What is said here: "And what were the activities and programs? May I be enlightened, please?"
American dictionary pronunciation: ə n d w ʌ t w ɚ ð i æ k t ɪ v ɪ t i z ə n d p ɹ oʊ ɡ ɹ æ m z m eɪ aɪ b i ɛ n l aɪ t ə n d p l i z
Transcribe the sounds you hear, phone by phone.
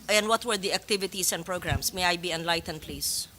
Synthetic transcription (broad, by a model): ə n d w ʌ t w ɚ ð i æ k t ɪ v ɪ t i s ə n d p ɹ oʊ ɡ ɹ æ m s m eɪ aɪ b i ɛ n l aɪ t ə n d p l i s